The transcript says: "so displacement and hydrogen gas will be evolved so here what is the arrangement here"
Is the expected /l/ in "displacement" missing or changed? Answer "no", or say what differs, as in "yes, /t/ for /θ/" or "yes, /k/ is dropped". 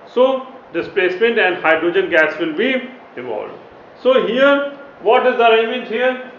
no